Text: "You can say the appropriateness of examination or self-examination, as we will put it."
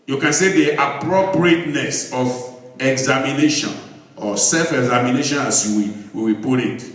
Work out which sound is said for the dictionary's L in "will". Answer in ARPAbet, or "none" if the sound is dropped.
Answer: W